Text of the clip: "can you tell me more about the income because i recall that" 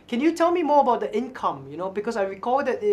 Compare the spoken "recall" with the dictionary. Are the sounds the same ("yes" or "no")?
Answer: yes